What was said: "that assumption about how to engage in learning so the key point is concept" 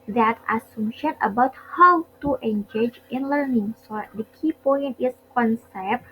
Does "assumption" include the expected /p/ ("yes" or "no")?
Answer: no